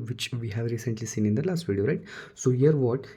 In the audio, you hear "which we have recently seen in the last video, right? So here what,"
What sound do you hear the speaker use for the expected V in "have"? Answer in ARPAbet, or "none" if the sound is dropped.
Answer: V